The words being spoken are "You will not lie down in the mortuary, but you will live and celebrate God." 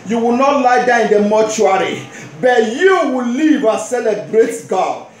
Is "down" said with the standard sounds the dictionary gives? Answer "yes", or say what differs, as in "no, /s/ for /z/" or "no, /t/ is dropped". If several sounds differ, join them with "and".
no, /n/ is dropped